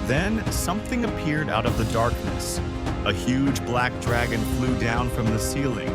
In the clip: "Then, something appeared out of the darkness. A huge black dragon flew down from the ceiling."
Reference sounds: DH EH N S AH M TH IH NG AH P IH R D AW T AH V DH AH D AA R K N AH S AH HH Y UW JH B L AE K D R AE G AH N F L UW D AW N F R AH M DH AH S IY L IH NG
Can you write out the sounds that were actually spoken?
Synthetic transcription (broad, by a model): DH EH N S AH M TH IH NG AH P IH R D AW T AH V DH AH D AA R K N AH S AH HH Y UW JH B L AE K D R AE G AH N F L UW D AW N F R AH M DH AH S IY L IH NG